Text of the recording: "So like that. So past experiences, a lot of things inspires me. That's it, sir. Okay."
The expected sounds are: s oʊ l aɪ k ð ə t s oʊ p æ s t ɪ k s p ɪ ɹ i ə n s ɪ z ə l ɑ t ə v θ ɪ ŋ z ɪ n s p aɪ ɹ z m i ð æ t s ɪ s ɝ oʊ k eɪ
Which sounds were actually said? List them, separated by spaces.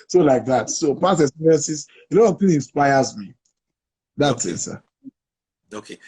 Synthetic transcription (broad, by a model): s oʊ l aɪ k ð ə t s oʊ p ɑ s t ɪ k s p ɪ ɹ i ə n s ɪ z ə l ɑ t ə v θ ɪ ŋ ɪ n s p aɪ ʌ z m i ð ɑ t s ɪ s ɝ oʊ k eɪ